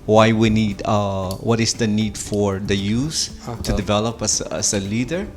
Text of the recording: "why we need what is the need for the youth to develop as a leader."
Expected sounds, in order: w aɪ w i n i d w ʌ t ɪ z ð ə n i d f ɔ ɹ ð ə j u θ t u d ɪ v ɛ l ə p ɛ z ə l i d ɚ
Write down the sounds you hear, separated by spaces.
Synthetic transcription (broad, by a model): w aɪ w i n i d w ʌ t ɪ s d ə n i d f ɔ ɹ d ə j u s t u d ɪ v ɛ l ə p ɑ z ə l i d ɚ